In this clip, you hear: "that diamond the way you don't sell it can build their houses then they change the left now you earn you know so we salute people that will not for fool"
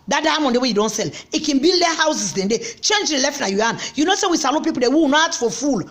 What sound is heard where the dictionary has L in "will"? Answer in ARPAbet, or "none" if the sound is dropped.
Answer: W